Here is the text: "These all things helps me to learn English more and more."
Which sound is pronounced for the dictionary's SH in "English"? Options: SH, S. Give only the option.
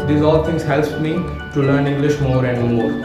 SH